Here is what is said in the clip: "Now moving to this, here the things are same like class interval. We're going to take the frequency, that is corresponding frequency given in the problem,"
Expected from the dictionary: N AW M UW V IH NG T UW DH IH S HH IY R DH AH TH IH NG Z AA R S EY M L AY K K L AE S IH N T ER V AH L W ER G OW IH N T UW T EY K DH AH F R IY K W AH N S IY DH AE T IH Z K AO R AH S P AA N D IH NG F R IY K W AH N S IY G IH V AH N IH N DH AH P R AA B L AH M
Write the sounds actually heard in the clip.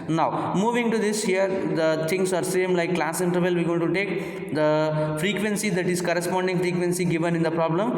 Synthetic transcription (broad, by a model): N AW M UW V IH NG T UW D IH S HH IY R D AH T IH NG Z AA R S EY M L AY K K L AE S IH N T ER V AH L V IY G OW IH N T UW T EY K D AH F R IY K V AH N S IY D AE T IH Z K AO R AH S P AA N D IH NG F R IY K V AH N S IY G IH V AH N IH N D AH P R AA B L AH M